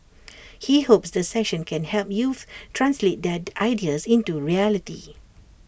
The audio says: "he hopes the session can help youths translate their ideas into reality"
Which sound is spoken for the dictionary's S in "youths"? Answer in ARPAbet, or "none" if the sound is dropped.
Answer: none